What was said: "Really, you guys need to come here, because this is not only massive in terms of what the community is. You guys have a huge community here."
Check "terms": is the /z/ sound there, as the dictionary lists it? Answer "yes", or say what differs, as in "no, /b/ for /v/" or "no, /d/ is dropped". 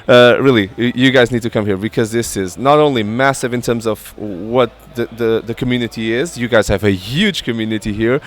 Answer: yes